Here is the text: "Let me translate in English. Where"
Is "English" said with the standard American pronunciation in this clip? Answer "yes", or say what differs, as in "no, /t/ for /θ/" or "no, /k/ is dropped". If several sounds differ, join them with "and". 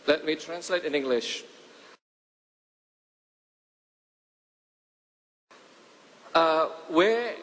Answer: yes